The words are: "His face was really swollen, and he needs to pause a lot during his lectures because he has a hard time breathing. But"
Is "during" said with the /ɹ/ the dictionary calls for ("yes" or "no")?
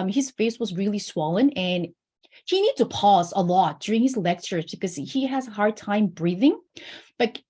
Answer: yes